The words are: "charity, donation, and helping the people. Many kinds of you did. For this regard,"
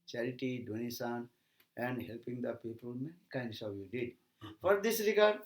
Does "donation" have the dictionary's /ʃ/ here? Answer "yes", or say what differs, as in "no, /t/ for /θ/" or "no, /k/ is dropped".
no, /s/ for /ʃ/